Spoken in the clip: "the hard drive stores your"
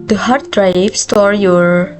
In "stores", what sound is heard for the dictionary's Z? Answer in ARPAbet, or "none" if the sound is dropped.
none